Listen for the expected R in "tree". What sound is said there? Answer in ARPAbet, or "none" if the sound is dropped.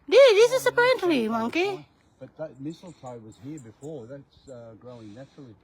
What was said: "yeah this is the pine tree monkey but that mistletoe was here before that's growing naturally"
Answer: L